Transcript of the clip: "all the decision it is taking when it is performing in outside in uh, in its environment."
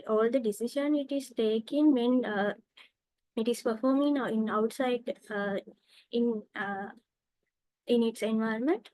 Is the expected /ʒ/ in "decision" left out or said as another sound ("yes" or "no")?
yes